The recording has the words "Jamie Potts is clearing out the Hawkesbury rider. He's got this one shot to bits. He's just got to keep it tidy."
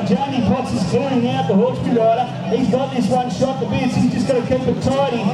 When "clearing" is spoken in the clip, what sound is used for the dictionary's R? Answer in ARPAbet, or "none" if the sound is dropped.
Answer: none